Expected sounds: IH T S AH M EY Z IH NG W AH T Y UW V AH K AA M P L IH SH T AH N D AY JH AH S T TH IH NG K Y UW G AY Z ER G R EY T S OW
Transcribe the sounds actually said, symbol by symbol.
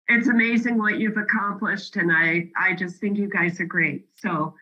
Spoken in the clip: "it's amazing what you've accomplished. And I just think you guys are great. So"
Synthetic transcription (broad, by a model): IH T S AH M EY Z IH NG W AH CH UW V AH K AA M P L IH SH T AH N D AY JH AH S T TH IH NG K Y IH G AY Z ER G R EY T S OW